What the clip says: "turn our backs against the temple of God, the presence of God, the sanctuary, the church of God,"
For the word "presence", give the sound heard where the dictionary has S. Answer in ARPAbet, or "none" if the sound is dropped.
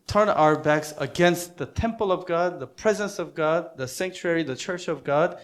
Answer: S